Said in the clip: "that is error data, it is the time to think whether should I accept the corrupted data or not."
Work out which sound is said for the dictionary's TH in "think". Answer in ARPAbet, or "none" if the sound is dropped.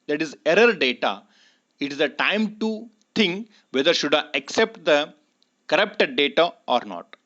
T